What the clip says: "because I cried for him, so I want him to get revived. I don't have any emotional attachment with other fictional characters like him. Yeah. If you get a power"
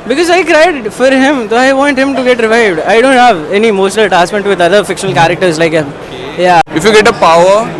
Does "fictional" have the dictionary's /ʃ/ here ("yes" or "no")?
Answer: yes